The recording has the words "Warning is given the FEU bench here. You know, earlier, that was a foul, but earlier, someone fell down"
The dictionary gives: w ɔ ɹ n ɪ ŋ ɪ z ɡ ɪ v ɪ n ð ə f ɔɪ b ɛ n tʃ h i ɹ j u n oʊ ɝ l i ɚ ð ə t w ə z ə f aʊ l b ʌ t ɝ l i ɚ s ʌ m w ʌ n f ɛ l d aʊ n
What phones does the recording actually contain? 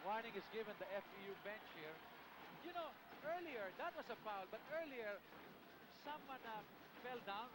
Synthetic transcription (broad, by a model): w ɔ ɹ n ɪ ŋ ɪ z ɡ ɪ v ɪ n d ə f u b ɛ n tʃ h i ɹ j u n oʊ ɝ l i ɚ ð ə t w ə s ə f aʊ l b ʌ t ɝ l i ɚ s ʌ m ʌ n f ɛ l d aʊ n